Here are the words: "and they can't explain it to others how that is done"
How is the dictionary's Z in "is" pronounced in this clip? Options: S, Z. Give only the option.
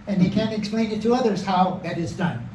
Z